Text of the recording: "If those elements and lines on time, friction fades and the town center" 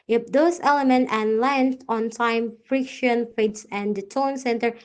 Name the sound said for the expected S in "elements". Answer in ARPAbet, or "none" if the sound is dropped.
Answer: none